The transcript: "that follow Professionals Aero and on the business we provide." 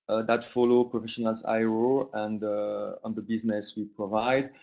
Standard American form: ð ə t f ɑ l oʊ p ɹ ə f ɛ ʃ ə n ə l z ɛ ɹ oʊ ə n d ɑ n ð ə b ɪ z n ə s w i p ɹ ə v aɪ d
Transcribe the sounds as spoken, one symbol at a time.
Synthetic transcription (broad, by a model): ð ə t f ɑ l oʊ p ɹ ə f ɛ ʃ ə n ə l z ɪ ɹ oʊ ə n d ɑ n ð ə b ɪ z n ə s w i p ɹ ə v aɪ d